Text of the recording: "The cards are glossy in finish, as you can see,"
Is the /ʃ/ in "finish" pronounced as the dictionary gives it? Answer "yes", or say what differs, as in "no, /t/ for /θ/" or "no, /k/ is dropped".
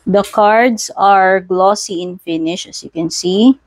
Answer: yes